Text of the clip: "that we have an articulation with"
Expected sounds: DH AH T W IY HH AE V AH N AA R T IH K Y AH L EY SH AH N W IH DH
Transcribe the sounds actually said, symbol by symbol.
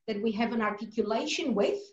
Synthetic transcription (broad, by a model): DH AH T W IY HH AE V AH N AA R T IH K Y AH L EY SH AH N W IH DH